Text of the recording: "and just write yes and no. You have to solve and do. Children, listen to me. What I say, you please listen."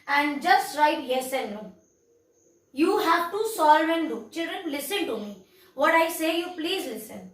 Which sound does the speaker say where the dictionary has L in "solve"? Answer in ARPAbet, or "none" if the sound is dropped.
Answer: L